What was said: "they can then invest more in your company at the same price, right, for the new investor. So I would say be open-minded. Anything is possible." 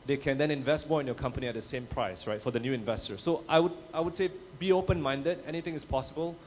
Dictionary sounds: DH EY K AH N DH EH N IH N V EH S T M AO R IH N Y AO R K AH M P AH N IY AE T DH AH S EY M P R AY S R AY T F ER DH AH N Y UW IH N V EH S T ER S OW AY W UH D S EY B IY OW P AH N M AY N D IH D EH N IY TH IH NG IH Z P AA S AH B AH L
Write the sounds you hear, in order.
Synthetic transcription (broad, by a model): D EY K AH N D EH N IH N V EH S T M AO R IH N Y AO K AH M P AH N IY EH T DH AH S EY M P R AY S R AY T F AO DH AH N Y UW IH N V EH S T ER S OW AY W UH D S EY B IY OW P AH N M AY N D IH D EH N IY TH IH NG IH S P AA S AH B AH L